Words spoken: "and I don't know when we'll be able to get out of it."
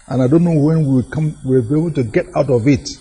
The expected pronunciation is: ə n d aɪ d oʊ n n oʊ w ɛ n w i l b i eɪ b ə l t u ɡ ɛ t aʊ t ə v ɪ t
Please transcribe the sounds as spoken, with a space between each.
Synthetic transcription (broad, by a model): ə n aɪ d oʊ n n oʊ w ɛ n w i w b i eɪ b ə l t u ɡ ɛ t aʊ t ə v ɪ t